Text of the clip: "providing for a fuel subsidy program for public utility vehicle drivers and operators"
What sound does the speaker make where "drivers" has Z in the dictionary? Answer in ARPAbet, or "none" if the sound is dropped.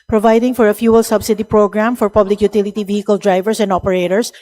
S